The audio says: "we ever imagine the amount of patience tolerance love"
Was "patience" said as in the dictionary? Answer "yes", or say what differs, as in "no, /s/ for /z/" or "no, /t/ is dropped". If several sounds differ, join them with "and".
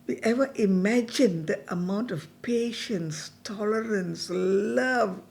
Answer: yes